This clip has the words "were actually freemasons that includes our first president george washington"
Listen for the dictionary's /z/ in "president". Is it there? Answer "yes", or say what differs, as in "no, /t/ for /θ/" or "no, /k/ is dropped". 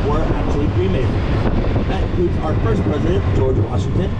yes